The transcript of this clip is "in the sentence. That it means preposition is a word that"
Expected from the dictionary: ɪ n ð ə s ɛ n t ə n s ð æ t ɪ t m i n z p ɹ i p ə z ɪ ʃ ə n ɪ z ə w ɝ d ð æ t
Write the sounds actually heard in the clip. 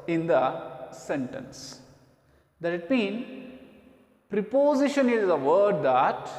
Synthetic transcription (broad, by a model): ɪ n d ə s ɛ n t ə n s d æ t ɪ t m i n p ɹ i p ə z ɪ ʃ ə n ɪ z ə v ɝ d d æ t